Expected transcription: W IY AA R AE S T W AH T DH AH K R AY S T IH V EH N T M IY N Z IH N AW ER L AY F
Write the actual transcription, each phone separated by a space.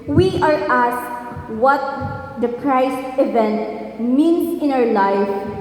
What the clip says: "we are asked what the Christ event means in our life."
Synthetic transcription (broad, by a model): W IY AA R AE S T W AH T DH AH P R AY S IH V EH N T M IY N S IH N AW ER L AY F